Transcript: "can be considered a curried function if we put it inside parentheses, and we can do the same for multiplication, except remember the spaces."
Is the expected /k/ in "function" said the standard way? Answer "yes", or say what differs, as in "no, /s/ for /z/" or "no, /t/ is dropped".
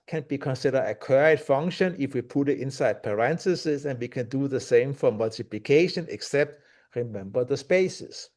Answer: no, /k/ is dropped